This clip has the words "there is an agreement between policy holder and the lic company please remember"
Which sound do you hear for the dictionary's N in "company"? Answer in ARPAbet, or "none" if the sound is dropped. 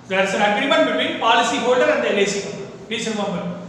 none